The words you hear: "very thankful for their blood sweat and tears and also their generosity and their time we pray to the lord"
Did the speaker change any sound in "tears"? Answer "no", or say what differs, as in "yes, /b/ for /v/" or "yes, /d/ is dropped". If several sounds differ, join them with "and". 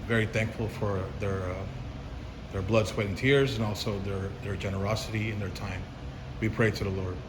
no